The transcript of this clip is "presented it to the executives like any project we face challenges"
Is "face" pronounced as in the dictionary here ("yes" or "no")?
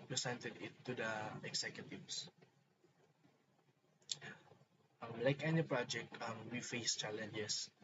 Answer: yes